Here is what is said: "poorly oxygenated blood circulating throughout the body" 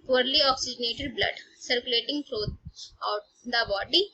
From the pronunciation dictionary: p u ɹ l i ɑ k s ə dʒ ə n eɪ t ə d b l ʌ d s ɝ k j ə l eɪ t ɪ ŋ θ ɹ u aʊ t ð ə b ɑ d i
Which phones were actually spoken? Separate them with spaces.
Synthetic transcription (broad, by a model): p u ɹ l i ɑ k s ə dʒ ə n eɪ t ə d b l ʌ d s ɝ k j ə l eɪ t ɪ ŋ t ɹ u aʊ t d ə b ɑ d i